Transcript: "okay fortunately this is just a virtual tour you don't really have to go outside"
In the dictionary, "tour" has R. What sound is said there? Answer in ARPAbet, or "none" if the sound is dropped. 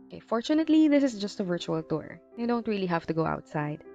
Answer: R